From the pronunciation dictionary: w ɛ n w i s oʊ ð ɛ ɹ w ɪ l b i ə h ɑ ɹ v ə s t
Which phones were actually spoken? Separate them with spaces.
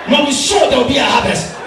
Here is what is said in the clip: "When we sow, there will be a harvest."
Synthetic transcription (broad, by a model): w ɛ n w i ʃ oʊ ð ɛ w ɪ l b i ə h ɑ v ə s t